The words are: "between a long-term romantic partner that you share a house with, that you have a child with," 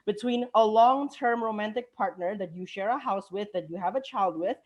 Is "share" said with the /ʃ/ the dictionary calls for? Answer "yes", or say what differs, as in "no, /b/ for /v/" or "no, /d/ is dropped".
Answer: yes